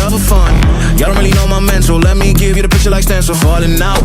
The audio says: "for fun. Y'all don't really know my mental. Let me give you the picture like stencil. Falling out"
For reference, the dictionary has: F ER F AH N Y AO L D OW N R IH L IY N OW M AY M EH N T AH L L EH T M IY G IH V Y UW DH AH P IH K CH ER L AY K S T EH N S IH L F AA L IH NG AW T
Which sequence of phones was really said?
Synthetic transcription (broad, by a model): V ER F AH N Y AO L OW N R IH L IY N OW M AY M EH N S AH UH L EH T M IY G IH V Y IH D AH P IH K CH ER L AY K S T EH N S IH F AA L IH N AW